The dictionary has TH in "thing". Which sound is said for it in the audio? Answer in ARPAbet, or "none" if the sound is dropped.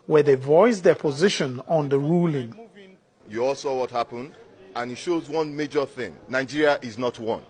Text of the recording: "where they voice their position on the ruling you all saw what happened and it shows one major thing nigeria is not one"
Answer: TH